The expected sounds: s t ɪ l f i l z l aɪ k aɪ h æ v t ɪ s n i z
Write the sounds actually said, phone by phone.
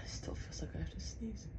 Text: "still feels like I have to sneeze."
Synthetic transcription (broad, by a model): s t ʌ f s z l aɪ k aɪ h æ f t ɪ s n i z